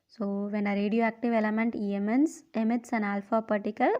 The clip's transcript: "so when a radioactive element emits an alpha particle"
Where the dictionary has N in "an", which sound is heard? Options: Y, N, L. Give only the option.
N